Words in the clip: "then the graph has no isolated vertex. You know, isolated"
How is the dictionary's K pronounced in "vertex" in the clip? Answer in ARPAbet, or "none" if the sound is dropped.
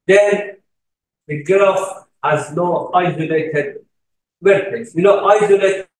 none